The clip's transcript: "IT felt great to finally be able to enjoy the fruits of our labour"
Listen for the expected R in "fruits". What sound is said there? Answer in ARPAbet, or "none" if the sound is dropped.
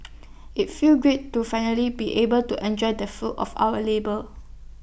none